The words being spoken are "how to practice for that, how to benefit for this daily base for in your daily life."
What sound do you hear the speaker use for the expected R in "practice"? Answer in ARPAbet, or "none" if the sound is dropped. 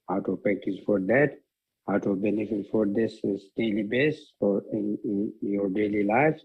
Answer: none